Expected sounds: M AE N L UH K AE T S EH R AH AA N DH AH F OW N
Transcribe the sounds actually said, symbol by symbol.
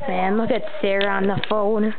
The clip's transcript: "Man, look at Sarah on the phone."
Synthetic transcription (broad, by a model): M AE N L UH K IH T S EH R AH N DH AH F OW N